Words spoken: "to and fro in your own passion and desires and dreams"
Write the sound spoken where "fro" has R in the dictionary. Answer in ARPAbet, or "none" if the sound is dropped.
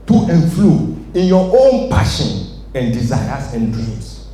L